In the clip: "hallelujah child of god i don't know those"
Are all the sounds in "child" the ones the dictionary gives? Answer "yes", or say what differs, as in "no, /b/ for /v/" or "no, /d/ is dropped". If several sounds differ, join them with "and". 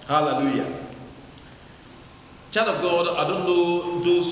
no, /l/ is dropped